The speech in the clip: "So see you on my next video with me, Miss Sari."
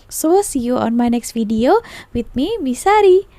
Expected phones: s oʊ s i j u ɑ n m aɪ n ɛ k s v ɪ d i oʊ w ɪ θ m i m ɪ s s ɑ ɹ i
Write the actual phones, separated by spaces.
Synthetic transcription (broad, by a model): s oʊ s i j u ɑ n m aɪ n ɛ k s f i d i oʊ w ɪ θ m i m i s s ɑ ɹ i